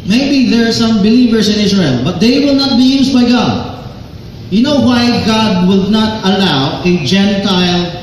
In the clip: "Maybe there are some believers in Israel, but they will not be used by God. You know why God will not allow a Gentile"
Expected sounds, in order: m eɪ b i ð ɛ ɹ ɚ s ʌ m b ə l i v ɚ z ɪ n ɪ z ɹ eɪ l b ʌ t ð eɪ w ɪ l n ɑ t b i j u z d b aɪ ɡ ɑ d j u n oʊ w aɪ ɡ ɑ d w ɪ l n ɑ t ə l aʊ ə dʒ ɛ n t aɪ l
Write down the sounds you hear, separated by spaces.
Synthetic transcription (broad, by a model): m eɪ b i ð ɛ ɹ s ʌ m b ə l i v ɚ s ɪ n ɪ s ɹ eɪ l b ʌ t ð eɪ w ɪ l n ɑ t b i j u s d b aɪ ɡ ɑ d j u n oʊ w aɪ ɡ ɑ d w ɪ l n ɑ t ə l aʊ ə dʒ ɛ n t aɪ l